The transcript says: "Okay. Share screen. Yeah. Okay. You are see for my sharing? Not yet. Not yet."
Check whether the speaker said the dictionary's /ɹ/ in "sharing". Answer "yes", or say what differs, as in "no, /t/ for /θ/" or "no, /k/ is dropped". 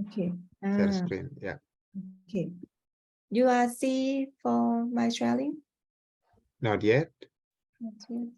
no, /l/ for /ɹ/